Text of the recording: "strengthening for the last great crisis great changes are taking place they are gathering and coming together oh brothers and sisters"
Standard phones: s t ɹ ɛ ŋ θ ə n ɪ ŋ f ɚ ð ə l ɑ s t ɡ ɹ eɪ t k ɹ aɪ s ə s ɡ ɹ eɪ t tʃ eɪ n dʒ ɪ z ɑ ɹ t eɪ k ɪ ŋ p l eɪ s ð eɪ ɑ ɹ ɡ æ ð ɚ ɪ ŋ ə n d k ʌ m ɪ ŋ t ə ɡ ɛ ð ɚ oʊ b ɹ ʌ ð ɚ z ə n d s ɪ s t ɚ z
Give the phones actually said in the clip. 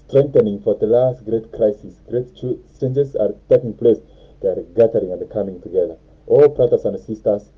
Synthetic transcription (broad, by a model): s t ɹ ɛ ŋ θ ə n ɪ ŋ f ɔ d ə l ɑ s t ɡ ɹ eɪ t k ɹ aɪ s ə s ɡ ɹ eɪ t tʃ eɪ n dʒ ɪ s ɑ ɹ t eɪ k ɪ ŋ p l eɪ s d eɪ ɑ ɹ ɡ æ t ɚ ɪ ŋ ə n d k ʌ m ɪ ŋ t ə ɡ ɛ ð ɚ oʊ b ɹ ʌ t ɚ s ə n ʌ s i s t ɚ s